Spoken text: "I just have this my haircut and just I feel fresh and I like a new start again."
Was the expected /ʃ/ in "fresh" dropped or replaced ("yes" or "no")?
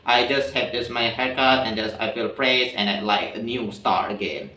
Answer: yes